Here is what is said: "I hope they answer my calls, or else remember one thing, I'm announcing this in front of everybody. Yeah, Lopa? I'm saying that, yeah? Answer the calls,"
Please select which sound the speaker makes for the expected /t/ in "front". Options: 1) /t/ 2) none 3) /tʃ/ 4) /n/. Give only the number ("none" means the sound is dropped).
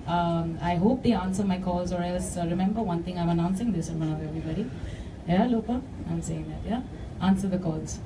2